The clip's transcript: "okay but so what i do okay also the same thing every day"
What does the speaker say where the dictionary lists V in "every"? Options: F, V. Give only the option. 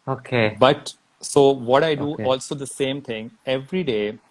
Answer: V